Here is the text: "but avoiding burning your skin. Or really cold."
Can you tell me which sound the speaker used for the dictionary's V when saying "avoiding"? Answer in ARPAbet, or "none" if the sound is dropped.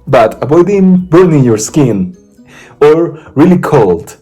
B